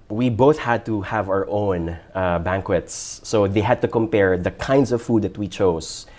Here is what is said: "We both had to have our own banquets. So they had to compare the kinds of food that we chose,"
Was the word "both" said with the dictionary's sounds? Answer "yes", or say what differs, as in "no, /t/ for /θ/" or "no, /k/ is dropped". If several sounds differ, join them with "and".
yes